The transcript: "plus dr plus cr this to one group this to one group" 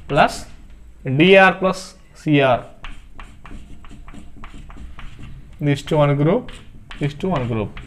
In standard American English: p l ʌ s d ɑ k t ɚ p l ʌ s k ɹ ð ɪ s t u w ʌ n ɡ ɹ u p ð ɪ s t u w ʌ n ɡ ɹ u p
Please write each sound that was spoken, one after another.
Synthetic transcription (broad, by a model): p l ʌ s d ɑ t p l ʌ s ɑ ɹ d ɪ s t u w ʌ n ɡ ɹ u p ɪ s t u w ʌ n ɡ ɹ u p